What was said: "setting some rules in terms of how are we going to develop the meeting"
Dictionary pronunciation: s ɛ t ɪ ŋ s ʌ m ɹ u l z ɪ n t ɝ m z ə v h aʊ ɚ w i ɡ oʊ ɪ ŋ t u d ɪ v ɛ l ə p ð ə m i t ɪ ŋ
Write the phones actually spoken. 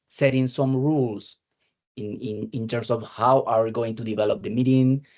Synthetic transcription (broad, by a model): s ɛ t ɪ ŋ s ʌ m ɹ u l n ɪ n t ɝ m s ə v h aʊ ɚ w i ɡ oʊ ɪ ŋ t u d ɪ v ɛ l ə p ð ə m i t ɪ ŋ